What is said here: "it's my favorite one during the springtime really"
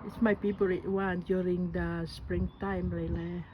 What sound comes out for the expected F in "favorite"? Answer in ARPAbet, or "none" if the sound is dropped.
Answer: P